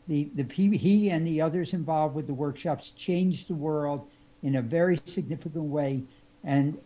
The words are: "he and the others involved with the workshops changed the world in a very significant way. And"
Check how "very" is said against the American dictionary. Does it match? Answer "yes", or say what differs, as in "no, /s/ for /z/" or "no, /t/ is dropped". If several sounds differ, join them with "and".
yes